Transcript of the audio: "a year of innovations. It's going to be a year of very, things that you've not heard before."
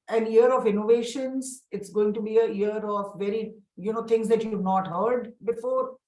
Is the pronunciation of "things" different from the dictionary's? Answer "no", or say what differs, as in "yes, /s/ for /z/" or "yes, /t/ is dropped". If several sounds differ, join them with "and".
yes, /t/ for /θ/